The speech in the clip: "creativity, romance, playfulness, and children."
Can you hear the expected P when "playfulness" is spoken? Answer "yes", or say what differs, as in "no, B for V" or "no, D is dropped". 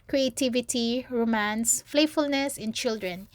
no, F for P